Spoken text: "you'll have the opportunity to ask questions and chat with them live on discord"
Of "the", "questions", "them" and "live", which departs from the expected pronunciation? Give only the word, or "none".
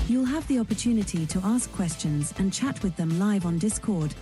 none